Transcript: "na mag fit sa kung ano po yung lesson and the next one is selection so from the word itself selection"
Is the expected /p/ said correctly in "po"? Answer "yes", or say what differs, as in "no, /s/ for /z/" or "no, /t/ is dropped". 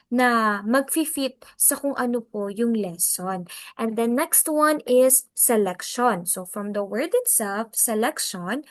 yes